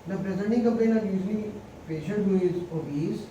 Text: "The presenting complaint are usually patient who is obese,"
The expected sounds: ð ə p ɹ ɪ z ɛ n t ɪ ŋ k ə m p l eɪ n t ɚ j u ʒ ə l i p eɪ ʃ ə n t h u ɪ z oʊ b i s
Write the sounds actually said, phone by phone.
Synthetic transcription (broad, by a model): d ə p ɹ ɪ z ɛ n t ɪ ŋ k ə m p eɪ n ɚ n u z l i p eɪ ʃ ə n t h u ɪ z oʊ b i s